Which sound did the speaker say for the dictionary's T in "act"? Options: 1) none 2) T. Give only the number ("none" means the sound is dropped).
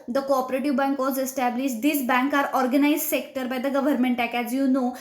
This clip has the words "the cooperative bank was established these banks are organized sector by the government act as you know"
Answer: 1